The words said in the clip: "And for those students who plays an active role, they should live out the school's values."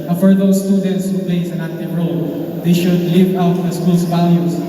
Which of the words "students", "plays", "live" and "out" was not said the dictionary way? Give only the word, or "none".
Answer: plays